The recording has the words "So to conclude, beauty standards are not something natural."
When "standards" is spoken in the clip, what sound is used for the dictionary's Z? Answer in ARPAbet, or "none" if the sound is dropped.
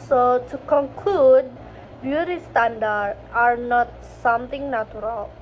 none